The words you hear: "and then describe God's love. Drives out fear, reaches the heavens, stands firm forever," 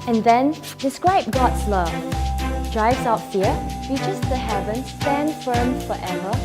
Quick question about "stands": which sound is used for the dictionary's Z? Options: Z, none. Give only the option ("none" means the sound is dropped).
none